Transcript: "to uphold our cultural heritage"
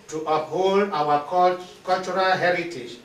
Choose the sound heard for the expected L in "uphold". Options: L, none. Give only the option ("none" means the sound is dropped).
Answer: L